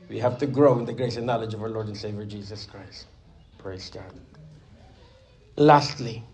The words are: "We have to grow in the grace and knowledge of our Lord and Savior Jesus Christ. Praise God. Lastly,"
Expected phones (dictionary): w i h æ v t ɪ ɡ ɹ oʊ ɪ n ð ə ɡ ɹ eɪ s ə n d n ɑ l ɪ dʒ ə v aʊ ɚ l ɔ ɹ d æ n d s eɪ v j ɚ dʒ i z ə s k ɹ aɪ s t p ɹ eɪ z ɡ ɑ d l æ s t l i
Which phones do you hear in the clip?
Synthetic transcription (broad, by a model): w i h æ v t ɪ ɡ ɹ oʊ ɪ n ð ə ɡ ɹ eɪ s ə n n ɑ l ɪ dʒ ə v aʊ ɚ l ɔ ɹ d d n s eɪ v j ɚ dʒ i z ə s k ɹ aɪ s t p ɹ eɪ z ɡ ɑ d l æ s t l i